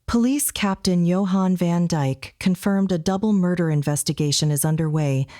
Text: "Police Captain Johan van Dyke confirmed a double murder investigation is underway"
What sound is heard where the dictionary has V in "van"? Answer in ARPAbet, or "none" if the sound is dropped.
V